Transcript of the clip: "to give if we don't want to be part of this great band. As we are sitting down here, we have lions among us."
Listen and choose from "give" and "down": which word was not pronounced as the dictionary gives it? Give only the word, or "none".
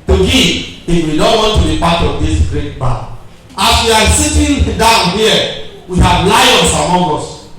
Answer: give